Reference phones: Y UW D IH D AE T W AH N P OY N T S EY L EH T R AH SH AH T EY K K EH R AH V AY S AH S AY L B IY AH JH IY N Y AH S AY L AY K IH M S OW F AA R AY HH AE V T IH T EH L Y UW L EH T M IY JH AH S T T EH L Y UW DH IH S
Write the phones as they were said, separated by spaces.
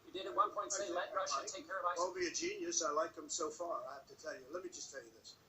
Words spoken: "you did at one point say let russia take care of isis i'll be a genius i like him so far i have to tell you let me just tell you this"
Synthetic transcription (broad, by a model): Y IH D IH D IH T W AH N P OY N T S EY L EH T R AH AH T EY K K EH R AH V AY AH AY L B IY AH JH IY N Y AH S AY L AY K IH M S OW F AA R AY HH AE F T IH T EH L Y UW L EH T M IY JH AH S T T EH L Y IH DH IH S